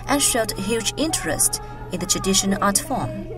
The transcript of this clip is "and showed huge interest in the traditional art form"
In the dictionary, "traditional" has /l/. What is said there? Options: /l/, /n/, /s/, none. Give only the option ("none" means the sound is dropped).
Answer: /n/